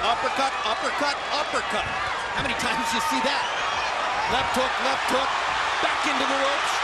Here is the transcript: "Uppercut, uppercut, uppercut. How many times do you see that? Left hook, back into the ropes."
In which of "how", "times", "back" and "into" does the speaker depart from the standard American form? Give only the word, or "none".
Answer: none